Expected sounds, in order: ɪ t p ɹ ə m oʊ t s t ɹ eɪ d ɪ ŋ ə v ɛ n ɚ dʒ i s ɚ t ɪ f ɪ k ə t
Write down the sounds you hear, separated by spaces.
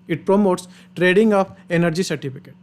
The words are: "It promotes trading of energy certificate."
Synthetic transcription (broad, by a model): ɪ t p ɹ ə m oʊ t s t ɹ eɪ d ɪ ŋ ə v ɛ n ɚ dʒ i s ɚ t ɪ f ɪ k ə t